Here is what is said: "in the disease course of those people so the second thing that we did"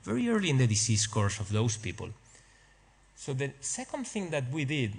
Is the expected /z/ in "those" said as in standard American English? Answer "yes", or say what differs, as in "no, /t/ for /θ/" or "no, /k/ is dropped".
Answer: no, /s/ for /z/